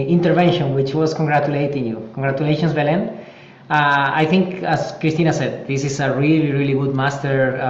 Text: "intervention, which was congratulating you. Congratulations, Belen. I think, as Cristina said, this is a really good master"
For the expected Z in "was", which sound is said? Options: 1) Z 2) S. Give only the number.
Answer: 2